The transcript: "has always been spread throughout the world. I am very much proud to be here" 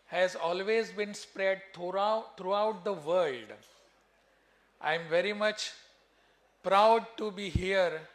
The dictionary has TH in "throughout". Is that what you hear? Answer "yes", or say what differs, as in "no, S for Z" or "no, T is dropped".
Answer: no, T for TH